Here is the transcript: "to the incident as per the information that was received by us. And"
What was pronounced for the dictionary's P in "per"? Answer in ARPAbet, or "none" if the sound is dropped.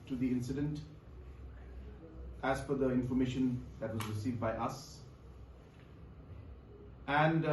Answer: F